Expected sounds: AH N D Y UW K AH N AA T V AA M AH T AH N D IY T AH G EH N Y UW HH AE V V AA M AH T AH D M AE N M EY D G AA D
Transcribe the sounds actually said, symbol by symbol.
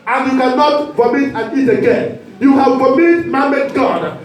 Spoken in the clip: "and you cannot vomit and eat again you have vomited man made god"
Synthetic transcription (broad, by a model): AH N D Y UW K AH N AA T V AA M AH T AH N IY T AH G EH N Y UW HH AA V P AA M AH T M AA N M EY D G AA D